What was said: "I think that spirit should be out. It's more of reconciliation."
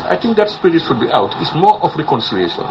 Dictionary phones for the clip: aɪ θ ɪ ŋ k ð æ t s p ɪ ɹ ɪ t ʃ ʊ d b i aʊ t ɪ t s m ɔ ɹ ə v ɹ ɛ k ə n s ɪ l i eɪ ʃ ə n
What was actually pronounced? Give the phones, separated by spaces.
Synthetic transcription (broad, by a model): aɪ t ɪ ŋ k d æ t s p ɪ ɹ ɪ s ʃ ʊ d b i aʊ t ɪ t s m ɔ ɹ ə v ɹ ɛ k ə n s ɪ l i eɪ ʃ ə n